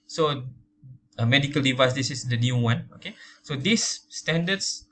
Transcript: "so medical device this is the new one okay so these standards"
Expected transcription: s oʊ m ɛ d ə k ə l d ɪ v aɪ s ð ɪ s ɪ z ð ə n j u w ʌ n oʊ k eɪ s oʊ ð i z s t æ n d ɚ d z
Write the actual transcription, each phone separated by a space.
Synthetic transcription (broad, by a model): s oʊ m ɛ d ə k ə l d ɪ v aɪ s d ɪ s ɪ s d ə n j u w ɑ n oʊ k eɪ s oʊ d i s t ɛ n d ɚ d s